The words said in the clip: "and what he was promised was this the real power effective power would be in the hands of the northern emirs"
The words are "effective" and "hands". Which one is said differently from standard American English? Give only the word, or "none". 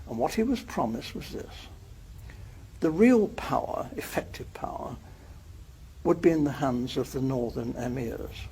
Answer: none